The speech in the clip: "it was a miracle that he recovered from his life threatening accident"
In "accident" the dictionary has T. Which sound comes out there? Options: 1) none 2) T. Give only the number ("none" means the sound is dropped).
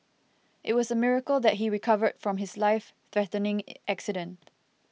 2